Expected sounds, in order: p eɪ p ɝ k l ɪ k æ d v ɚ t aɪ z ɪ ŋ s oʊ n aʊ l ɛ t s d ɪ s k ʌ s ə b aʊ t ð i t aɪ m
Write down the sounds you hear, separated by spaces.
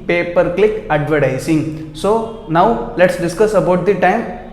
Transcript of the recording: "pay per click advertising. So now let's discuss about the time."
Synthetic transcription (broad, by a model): p eɪ p ɝ k l ɪ k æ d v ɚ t aɪ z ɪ ŋ s oʊ n aʊ l ɛ t s d ɪ s k ʌ s ə b aʊ t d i t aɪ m